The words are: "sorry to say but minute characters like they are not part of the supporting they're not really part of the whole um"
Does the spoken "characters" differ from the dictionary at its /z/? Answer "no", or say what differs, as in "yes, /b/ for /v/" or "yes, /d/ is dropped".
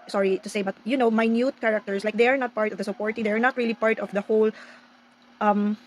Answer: yes, /s/ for /z/